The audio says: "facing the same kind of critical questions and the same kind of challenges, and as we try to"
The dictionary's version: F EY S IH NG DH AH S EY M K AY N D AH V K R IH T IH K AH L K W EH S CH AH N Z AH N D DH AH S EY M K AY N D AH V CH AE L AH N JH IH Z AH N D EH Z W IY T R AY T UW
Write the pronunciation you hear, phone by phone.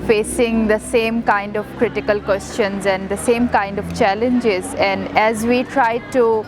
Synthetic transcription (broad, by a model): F EY S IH NG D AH S EY M K AY N D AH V K R IH T IH K AH L K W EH S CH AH N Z AH N D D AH S EY M K AY N D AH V CH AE L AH N JH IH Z AH N D EH Z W IY T R AY T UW